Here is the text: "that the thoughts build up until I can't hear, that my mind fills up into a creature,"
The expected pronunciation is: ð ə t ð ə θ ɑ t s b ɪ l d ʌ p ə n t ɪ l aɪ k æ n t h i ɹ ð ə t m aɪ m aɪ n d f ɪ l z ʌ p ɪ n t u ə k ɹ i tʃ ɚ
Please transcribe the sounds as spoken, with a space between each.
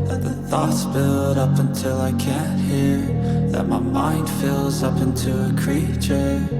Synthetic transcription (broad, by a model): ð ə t ð ə θ ɑ t s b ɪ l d ʌ p ə n t ɪ l aɪ k æ n t h i ɹ ð ə t m aɪ m aɪ n d f ɪ l z ʌ p ɪ n t u ə k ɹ i tʃ ɚ